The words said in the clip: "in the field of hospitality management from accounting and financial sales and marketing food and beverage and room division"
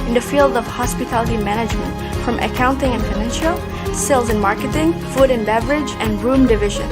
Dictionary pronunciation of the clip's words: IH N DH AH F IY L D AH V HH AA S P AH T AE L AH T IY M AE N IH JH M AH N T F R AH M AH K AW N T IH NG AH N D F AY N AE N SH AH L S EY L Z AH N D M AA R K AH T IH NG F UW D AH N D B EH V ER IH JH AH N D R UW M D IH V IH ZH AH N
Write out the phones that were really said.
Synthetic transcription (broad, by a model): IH N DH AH F IY L D AH V HH AA S P AH T AE L AH T IY M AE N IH JH M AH N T F R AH M AH K AW N T IH NG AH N F AY N AE N SH AH L S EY L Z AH N M AA R K AH T IH NG F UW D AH N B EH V ER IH JH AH N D R UW M D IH V IH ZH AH N